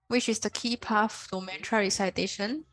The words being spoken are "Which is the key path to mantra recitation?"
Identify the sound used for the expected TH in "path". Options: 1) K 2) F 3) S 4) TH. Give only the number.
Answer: 2